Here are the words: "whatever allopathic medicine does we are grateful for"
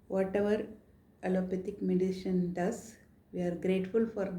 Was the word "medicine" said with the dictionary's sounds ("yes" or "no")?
no